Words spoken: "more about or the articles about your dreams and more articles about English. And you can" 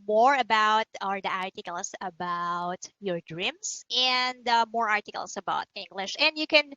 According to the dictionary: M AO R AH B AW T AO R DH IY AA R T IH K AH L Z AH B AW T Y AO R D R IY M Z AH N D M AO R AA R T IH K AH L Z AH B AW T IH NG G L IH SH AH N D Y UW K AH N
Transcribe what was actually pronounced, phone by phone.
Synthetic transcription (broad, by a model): M AO R AH B AW T AO R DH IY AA R T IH K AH L S AH B AW T Y AO R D R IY M S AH N D M AO R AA R T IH K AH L S AH B AW T IH NG G L IH SH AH N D Y UW K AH N